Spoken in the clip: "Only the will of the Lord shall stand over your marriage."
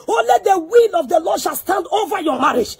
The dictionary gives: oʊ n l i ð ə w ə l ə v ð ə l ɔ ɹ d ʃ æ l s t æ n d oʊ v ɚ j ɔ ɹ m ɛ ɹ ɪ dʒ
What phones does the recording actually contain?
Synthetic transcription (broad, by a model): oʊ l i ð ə w ə l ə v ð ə l ɔ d ʃ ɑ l s t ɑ n d oʊ v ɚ j ɔ m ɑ ɹ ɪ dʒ